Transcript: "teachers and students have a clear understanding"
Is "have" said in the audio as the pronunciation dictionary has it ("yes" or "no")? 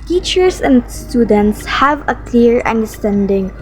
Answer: yes